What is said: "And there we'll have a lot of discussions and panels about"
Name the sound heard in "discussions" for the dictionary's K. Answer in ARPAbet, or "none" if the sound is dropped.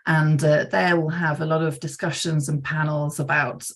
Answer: K